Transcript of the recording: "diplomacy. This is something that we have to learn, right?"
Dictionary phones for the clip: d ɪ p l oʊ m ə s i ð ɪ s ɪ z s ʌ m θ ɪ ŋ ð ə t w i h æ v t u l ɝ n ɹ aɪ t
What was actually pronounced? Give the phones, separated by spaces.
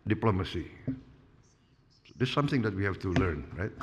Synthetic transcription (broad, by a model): d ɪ p l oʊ m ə s i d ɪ s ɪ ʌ m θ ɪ ŋ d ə t w i h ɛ f t u l ɝ n ɹ aɪ t